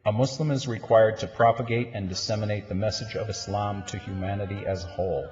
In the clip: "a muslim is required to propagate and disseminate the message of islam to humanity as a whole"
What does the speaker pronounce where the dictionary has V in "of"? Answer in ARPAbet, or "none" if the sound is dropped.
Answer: V